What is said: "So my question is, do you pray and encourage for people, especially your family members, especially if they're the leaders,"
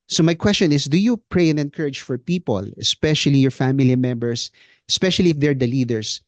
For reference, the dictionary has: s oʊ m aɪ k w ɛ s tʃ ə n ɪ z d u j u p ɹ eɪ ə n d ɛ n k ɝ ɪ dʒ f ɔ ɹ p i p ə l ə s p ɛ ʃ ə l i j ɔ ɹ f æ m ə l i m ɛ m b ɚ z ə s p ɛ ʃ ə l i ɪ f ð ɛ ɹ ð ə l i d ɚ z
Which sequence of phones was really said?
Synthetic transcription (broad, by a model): s oʊ m aɪ k w ɛ s tʃ ə n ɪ s d u j u p ɹ eɪ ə n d ɛ n k ɝ ɪ dʒ f ɔ ɹ p i p ə l ə s p ɛ ʃ ə l i j ɔ ɹ f æ m ə l i m ɛ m b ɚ s ə s p ɛ ʃ ə l i ɪ f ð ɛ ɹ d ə l i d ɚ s